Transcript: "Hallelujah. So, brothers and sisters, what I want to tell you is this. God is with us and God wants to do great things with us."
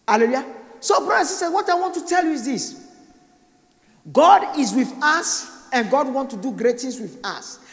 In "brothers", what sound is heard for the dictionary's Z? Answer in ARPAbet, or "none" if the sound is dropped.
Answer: none